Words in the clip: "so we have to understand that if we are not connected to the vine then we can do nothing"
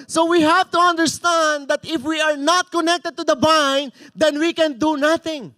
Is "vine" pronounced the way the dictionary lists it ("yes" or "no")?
no